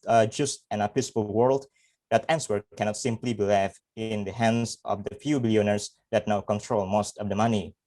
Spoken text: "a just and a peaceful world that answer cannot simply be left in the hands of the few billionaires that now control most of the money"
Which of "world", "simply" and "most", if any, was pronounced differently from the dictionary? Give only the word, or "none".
none